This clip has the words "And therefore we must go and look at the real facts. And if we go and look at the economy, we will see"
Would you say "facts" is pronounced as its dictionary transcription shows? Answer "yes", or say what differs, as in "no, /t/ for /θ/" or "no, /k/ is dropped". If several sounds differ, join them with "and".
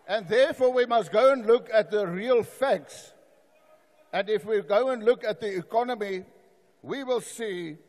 yes